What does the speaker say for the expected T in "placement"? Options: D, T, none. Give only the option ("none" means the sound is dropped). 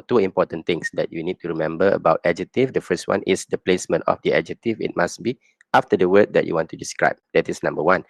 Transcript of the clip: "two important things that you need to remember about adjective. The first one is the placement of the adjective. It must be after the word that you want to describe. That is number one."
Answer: T